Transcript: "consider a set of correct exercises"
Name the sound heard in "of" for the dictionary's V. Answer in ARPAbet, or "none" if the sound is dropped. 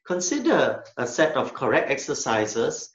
F